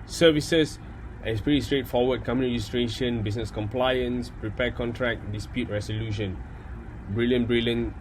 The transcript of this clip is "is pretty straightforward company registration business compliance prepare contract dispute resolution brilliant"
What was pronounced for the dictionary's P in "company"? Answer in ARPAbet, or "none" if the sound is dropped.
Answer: none